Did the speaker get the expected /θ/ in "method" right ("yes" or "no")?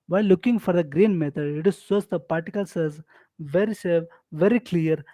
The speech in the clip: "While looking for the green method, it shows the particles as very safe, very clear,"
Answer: no